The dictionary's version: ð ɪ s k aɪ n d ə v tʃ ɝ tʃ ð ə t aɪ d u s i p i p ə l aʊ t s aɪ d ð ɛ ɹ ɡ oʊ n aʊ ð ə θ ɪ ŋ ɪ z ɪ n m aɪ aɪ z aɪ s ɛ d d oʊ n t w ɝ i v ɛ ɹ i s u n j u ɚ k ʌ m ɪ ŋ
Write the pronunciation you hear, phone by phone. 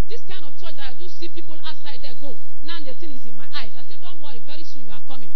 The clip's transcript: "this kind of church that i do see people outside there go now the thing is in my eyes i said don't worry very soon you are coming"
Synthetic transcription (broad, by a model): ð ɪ s k aɪ n d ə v tʃ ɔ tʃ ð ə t aɪ d u s i p i p ə l aʊ t s aɪ d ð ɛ ɡ oʊ n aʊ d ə t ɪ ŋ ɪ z ɪ n m aɪ aɪ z aɪ s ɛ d d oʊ n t w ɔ i v ɛ ɹ i s u n j u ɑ k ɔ m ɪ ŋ